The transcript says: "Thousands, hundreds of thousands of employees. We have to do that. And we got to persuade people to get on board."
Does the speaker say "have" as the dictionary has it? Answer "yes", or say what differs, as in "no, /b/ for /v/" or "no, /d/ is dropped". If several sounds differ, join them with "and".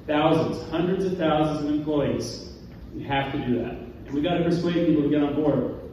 no, /f/ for /v/